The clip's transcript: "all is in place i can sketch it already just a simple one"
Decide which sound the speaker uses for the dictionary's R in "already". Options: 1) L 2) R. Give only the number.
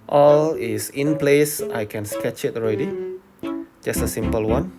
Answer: 2